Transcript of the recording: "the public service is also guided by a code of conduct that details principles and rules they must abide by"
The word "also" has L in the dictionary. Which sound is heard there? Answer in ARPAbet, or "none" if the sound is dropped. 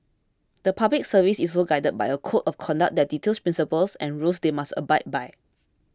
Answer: none